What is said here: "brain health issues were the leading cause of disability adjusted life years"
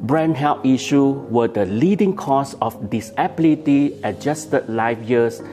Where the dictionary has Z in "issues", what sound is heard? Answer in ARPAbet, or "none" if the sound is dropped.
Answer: none